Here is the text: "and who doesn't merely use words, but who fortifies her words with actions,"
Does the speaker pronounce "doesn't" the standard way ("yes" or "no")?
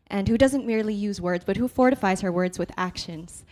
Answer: yes